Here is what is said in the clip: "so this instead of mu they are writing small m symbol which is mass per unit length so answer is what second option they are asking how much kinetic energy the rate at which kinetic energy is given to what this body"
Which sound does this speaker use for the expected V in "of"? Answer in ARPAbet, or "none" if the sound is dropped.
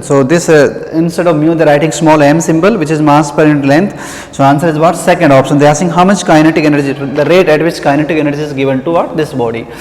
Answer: V